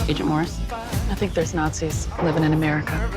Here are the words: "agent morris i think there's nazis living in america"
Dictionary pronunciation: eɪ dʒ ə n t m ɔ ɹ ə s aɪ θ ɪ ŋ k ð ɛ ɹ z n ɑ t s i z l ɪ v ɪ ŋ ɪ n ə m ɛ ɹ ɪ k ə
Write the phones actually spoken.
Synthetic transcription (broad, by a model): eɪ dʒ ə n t m ɔ ɹ ə s aɪ θ ɪ ŋ k ð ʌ ɹ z n ɑ t s i z l ɪ v ɪ ŋ ɪ n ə m ɛ ɹ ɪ k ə